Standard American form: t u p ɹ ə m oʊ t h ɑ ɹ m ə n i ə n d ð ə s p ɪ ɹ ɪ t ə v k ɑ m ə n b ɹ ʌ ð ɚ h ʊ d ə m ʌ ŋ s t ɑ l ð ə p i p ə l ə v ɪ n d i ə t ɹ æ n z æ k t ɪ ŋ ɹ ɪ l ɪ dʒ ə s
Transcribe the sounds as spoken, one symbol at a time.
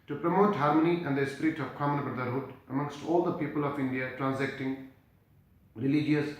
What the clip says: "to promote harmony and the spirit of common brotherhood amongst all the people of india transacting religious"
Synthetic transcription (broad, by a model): t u p ɹ ə m oʊ t h ɑ ɹ m ə n i ə n d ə s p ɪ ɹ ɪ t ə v k ɑ m ə n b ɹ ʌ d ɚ h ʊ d ə m ʌ ŋ s t ɑ l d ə p i p ə l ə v ɪ n d i ə t ɹ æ n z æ k t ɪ ŋ ɹ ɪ l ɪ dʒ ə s